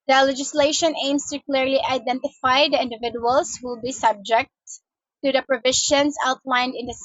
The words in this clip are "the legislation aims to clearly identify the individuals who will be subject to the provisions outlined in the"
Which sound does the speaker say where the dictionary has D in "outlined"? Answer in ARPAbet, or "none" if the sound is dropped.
D